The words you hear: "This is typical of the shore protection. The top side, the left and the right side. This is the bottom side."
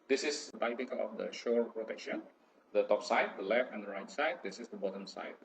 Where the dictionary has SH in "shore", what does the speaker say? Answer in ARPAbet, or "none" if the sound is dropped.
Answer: SH